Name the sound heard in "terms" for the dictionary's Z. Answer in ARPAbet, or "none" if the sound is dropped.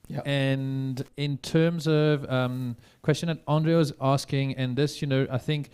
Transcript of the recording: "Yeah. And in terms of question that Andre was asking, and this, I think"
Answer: Z